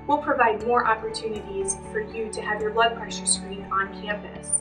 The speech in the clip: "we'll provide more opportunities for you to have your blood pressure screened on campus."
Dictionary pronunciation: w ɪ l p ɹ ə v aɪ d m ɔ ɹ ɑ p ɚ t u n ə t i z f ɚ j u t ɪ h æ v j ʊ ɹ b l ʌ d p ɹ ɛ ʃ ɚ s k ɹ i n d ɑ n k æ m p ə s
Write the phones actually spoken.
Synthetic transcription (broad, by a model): w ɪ l p ɹ ə v aɪ d m ɔ ɹ ɑ p ɚ t u n ə t i z f ɚ j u t ɪ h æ v j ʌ ɹ b l ʌ d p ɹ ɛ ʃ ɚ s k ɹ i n ɑ n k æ m p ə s